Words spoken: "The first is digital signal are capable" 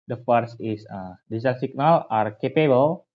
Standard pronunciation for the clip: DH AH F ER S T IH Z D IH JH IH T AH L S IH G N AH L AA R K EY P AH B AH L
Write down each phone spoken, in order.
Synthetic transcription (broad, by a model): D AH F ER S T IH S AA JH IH S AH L S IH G N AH L AA R K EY P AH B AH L